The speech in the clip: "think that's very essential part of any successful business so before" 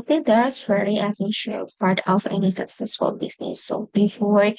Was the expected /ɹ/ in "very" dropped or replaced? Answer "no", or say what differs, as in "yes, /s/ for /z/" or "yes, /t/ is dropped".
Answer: yes, /l/ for /ɹ/